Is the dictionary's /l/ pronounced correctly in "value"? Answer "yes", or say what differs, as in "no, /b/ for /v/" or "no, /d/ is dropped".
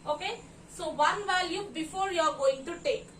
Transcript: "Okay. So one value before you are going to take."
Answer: no, /l/ is dropped